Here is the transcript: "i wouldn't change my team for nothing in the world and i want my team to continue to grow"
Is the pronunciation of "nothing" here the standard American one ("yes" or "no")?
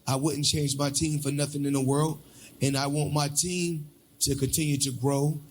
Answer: yes